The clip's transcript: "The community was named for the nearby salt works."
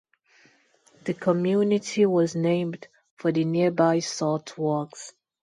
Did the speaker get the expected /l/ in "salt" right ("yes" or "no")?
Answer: no